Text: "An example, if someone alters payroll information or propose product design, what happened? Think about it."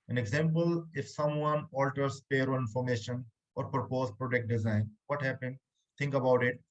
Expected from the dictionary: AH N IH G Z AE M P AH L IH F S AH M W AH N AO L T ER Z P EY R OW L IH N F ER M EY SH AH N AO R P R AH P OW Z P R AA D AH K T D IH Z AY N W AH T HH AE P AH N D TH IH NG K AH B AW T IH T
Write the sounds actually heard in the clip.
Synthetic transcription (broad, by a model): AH N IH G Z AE M P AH L IH F S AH M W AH N AO L T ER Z P EY R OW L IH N F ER M EY SH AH N AO R P R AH P OW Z P R AA D AH K T D IH Z AY N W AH T HH AE P AH N D T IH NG K AH B AW T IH T